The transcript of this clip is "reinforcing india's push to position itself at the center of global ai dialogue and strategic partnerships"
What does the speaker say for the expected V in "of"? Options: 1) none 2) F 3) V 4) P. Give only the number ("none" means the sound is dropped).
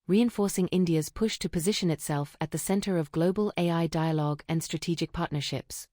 3